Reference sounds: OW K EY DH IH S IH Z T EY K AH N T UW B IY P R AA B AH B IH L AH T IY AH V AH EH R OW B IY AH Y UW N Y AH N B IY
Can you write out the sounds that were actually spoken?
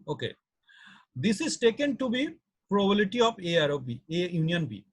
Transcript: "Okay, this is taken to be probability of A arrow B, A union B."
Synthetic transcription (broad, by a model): OW K EY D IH S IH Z T EY K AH N T UW B IY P R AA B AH L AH T IY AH P AH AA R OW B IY AH Y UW N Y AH N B IY